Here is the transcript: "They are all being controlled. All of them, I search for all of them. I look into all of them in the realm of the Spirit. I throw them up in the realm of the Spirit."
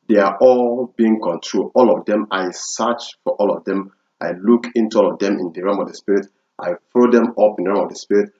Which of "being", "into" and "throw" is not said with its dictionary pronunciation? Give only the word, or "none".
throw